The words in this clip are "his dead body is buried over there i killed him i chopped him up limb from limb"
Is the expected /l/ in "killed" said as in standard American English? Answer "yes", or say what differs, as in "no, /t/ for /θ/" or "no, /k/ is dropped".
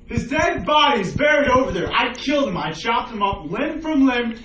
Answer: yes